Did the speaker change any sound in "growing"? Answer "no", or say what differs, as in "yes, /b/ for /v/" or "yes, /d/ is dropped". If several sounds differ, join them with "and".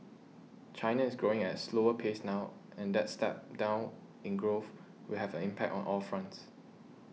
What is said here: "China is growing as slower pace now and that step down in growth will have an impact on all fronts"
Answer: no